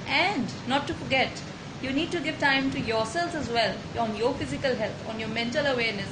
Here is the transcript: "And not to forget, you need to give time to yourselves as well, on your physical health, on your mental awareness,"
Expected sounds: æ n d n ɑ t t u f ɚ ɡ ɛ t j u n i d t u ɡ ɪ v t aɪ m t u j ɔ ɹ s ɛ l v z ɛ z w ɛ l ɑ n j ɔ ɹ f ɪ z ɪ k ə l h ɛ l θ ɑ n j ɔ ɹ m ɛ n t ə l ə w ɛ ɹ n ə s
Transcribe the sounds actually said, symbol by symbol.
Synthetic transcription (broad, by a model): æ n d n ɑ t t u f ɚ ɡ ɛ t j u n i d t u ɡ ɪ v t aɪ m t u j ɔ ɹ s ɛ l z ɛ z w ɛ l ɑ n j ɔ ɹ f ɪ z ɪ k ə l h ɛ l t ɑ n j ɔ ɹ m ɛ n t ə l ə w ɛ ɹ n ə s